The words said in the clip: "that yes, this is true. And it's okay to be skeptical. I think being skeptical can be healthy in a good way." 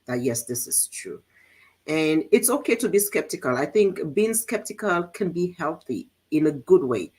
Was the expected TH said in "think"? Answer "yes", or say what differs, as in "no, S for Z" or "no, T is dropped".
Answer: yes